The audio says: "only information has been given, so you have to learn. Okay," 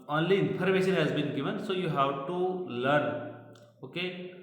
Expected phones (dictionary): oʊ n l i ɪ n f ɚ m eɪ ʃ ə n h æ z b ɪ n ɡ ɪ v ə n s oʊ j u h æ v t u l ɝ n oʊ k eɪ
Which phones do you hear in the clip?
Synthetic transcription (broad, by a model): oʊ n l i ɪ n p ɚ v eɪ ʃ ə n h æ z b ɪ n ɡ ɪ v ə n s oʊ j u h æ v t u l ɝ n oʊ k eɪ